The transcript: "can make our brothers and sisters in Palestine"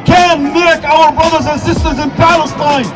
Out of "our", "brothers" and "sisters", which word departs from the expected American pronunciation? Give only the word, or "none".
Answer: none